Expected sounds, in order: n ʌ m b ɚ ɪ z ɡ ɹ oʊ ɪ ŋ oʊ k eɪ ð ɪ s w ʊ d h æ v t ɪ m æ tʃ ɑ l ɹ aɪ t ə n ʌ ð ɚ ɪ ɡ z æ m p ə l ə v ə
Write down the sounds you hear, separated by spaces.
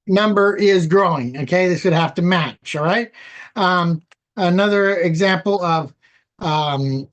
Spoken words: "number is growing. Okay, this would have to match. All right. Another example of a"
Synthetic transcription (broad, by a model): n ʌ m b ɚ ɪ z ɡ ɹ oʊ ɪ ŋ oʊ k eɪ ð ɪ s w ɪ d h æ f t ɪ m æ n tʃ ɹ aɪ t ə n ʌ ð ɚ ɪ ɡ z æ m p l ə v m